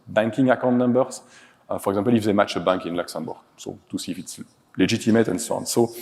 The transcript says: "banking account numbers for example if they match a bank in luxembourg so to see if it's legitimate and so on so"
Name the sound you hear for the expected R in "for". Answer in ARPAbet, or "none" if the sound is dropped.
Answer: R